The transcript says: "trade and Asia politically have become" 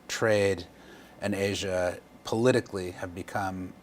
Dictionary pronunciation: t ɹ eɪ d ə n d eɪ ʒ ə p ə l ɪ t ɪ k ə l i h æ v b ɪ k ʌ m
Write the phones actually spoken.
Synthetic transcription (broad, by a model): t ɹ eɪ d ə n eɪ ʒ ə p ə l ɪ t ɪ k l i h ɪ v b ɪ k ʌ m